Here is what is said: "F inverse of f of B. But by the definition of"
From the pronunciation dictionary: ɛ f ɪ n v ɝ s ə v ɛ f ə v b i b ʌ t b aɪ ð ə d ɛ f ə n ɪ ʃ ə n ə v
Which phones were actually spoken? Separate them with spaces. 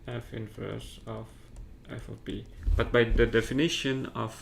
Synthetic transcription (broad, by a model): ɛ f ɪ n f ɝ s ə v ɛ f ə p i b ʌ t b aɪ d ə d ɛ f ə n ɪ ʃ ə n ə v